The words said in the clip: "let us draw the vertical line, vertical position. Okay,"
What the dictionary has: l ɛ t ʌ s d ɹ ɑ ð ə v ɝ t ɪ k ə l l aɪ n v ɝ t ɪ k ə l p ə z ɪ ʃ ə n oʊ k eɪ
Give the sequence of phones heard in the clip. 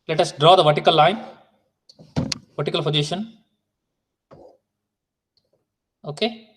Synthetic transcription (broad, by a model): l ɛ t ʌ s d ɹ ɑ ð ə v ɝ t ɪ k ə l l aɪ n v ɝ t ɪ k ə l f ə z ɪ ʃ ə n oʊ k eɪ